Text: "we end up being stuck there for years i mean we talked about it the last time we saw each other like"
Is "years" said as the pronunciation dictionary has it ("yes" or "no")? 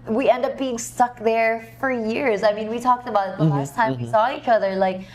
yes